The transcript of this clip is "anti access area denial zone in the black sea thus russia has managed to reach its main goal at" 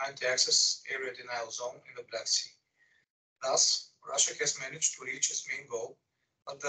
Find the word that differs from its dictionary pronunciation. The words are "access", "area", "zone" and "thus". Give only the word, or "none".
none